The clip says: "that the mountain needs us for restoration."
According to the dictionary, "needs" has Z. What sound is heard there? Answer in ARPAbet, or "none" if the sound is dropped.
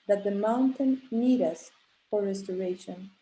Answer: none